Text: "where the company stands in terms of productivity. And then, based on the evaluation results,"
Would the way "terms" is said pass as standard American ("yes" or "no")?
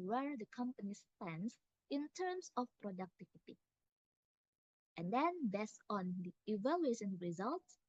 no